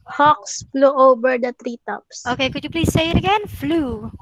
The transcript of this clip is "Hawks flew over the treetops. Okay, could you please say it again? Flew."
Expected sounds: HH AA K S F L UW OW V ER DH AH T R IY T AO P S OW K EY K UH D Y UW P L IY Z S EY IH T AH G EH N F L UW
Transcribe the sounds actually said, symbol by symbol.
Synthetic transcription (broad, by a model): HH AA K S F L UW OW B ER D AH T R IY T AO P S OW K EY K UH D Y UW P L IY S EY IH T AH G EH N F L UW